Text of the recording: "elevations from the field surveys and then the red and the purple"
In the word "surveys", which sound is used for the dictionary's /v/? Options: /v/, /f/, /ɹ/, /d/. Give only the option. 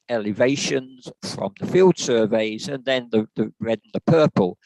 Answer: /v/